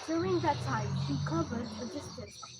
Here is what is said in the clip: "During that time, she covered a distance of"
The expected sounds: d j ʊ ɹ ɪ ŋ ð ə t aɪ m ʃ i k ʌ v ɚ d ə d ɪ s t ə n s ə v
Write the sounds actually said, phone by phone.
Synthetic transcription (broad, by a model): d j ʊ ɹ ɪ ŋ ð ə t aɪ m ʃ i k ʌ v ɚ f ə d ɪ s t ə s